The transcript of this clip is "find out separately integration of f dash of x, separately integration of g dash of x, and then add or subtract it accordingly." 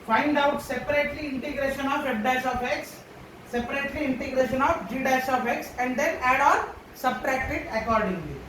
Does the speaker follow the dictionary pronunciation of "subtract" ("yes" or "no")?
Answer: yes